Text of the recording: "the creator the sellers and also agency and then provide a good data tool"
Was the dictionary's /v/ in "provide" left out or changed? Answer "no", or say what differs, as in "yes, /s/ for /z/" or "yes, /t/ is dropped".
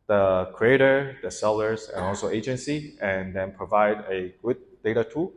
no